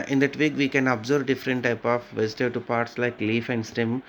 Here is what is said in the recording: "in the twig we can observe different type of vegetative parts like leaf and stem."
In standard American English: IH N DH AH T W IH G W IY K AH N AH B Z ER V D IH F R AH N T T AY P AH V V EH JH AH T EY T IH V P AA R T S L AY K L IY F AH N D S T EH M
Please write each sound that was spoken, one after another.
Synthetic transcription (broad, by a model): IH N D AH T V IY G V IY K AH N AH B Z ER B D IH F R AH N T T AY P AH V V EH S T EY T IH P AA R T S L AY K L IY F AH N D S T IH M